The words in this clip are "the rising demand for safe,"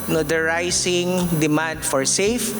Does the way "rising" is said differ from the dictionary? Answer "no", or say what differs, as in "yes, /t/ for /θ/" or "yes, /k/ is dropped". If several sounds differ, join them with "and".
yes, /s/ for /z/